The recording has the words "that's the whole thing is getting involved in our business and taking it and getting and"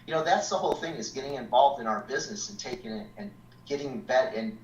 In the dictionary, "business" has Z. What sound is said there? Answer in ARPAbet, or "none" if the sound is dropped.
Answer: Z